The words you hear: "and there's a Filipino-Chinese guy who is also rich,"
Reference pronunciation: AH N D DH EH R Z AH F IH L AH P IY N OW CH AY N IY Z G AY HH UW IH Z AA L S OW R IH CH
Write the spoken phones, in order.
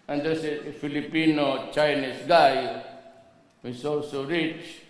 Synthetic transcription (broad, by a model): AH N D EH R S AH F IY L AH P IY N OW CH AY N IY S G AY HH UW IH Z AA L S OW R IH CH